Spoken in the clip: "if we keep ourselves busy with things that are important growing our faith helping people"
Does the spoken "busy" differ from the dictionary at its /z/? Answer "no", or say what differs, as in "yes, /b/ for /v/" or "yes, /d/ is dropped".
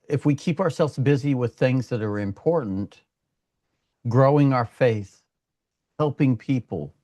no